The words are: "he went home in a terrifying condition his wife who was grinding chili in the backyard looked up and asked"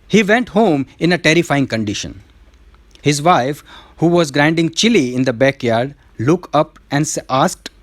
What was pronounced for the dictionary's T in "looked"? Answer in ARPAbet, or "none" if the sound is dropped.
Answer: none